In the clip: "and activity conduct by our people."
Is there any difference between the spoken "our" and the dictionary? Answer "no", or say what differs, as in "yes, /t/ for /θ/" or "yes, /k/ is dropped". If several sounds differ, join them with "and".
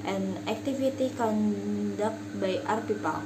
no